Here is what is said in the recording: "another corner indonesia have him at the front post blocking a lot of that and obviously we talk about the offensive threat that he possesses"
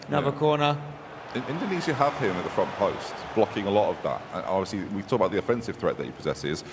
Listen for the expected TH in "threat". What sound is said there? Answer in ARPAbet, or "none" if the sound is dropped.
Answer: TH